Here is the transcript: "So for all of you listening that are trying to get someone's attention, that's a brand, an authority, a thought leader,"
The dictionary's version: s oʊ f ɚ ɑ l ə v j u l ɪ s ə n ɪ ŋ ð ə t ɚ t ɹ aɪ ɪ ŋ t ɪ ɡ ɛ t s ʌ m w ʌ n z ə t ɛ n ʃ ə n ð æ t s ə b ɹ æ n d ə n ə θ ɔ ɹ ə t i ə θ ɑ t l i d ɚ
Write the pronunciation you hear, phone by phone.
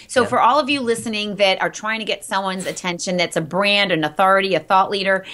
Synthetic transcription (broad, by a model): s oʊ f ɚ ɑ l ə v j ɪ l ɪ s ə n ɪ ŋ ð ə t ɚ t ɹ aɪ ɪ ŋ t ɪ ɡ ɛ t s ʌ m w ʌ n z ə t ɛ n ʃ ə n ð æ t s ə b ɹ æ n d ə n ə θ ɔ ɹ ə t i ə θ ɑ t l i d ɚ